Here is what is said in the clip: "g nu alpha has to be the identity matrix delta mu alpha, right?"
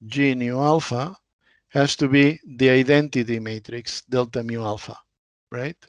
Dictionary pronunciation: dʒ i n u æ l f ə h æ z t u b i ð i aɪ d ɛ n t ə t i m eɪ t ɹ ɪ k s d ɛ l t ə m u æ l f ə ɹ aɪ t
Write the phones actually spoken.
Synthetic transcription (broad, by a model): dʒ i n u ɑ l f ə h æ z t u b i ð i aɪ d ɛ n t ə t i m eɪ t ɹ ɪ k s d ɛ l t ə m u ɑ l f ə ɹ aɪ t